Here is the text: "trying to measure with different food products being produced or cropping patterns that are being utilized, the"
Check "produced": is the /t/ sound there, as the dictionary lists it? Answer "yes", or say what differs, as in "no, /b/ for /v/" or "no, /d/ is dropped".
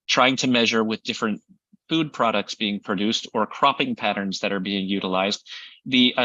yes